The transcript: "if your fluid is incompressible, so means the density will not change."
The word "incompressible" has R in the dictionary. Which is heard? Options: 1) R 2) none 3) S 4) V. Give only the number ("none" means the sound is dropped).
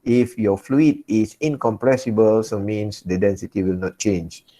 1